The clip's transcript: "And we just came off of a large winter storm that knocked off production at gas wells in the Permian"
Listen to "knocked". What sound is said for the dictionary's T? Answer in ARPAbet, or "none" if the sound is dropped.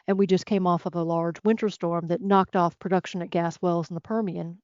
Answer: T